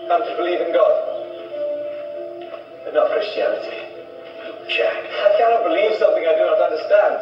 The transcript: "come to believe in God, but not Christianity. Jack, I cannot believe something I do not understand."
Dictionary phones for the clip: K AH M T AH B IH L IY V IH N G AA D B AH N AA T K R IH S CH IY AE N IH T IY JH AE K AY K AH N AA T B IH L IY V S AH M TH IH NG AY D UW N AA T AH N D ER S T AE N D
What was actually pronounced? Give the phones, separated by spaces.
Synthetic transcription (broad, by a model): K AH T AH B IH L IY V IH N G AA D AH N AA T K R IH S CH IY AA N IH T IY SH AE AY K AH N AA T B IH L IY V S AH M TH IH NG AY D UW N AA T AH N D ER S T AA N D